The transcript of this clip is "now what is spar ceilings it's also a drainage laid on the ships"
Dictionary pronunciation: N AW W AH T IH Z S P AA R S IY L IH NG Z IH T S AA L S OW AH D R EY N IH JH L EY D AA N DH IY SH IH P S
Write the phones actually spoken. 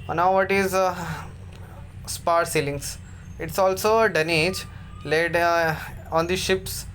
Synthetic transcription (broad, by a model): N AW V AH T IH Z S P AA R S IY L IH NG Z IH T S AA L S OW AH D EY N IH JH L EY D AA N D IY SH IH P S